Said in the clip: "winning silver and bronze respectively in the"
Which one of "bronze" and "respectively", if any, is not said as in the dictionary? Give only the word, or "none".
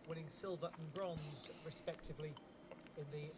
none